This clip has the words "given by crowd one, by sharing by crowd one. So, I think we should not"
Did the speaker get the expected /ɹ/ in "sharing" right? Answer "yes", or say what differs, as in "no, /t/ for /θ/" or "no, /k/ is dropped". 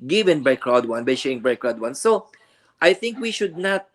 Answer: no, /ɹ/ is dropped